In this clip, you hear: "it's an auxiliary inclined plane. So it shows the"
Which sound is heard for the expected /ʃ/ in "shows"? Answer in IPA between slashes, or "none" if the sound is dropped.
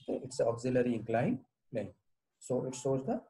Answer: /s/